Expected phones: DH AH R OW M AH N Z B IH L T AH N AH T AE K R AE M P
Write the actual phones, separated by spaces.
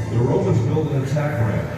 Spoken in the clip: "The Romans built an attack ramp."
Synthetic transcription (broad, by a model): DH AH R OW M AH Z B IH L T AH N AH T AE K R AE